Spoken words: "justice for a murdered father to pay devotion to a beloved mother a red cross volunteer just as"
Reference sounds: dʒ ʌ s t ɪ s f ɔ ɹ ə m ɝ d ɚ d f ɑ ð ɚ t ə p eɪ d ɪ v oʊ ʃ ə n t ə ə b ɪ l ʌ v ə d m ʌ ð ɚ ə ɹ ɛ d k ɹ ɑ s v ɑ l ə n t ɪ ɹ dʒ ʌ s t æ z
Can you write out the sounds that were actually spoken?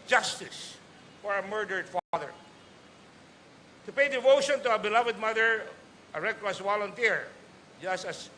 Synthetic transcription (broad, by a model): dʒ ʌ s t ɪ s f ɔ ɹ ə m ɝ d ɚ d f ɑ ð ɚ t ə p eɪ d ɪ v oʊ ʃ ə n t ə ə b ɪ l ʌ v ə d m ʌ ð ɚ ə ɹ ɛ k l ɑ s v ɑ l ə n t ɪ ɹ dʒ ʌ s t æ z